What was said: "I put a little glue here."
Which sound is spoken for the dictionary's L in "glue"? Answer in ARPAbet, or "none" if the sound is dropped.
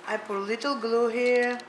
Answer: L